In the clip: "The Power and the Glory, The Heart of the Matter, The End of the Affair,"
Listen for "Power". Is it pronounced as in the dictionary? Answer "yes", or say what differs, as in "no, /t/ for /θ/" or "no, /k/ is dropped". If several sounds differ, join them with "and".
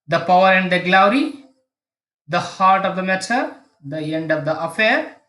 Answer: yes